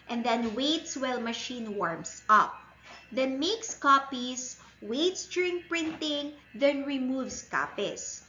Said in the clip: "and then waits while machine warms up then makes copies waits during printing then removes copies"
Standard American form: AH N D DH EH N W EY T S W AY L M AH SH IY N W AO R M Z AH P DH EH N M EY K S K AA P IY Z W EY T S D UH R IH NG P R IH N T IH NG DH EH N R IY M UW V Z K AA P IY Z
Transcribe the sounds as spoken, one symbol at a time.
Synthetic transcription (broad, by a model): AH N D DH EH N W EY T S W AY L M AH SH IY N W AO R M S AH P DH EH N M EY K S K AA P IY S W EY T S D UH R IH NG P R IH N T IH NG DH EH N R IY M UW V S K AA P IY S